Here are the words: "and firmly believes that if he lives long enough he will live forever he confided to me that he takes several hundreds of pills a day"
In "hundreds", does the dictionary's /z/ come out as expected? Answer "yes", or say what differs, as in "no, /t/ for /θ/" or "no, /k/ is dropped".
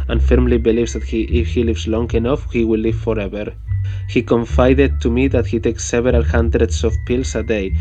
no, /s/ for /z/